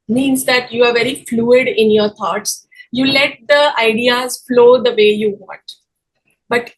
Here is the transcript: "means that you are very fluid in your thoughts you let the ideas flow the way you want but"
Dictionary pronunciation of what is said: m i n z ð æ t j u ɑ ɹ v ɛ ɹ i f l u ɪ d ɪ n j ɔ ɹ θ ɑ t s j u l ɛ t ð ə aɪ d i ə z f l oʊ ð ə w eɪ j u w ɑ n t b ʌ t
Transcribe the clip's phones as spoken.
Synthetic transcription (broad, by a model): m i n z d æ t j u ɑ ɹ v ɛ ɹ i f l u ɪ d ɪ n j ɔ ɹ t ɑ t s j u l ɛ t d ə aɪ d i ə z f l oʊ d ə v eɪ j u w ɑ n t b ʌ t